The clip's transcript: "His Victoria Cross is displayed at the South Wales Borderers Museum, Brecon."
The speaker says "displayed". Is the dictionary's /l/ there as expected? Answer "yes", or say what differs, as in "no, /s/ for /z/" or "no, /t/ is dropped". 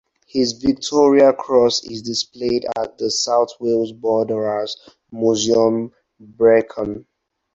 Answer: yes